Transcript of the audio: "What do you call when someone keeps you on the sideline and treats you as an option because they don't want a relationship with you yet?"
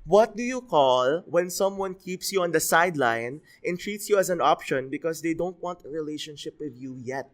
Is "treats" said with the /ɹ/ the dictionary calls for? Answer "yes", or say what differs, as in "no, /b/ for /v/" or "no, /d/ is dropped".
yes